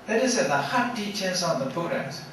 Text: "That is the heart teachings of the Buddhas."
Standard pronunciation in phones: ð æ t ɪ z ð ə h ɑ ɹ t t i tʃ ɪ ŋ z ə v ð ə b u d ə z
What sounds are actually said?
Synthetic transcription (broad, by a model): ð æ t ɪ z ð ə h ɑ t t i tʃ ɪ z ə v ð ə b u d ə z